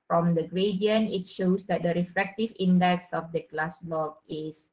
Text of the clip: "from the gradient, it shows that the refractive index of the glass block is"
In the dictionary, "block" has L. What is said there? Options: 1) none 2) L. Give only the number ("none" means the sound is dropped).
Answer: 1